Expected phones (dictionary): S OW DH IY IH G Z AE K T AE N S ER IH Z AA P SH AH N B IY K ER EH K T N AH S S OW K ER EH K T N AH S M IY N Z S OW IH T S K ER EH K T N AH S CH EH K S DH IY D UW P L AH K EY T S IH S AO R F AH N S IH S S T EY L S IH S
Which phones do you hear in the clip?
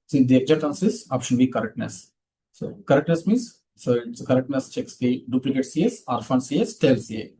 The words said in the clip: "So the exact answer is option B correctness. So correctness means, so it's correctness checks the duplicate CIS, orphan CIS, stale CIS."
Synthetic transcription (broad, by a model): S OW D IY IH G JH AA T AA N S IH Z AA P SH AH N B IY K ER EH K T N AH S S OW K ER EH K T N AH S M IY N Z S OW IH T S K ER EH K T N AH S CH EH K S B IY D UW P L AH K EY T S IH S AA R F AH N S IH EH S T EY L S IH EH